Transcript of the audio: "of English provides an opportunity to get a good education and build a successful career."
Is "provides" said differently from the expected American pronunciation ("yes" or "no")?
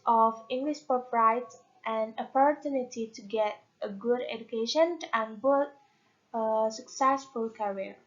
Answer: yes